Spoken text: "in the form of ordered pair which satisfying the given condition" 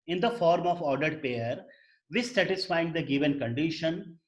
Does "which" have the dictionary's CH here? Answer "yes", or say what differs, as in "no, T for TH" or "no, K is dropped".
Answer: no, S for CH